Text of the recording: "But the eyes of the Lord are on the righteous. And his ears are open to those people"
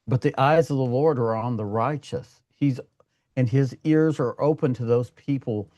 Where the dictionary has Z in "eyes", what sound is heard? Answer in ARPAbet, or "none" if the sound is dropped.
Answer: Z